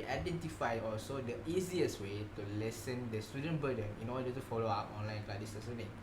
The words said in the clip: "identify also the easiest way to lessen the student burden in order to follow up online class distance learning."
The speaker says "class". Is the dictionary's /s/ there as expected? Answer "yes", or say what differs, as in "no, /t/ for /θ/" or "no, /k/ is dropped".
no, /s/ is dropped